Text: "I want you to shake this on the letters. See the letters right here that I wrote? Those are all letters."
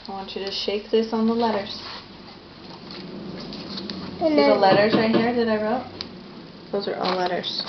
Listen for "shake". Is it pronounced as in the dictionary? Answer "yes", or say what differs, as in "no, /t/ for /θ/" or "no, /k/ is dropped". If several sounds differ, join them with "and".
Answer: yes